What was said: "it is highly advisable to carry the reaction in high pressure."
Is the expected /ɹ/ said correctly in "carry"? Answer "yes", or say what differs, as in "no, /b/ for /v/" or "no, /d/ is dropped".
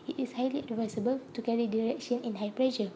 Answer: yes